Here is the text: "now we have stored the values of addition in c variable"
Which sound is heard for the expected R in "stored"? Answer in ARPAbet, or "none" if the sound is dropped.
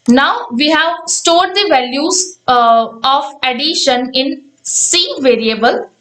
R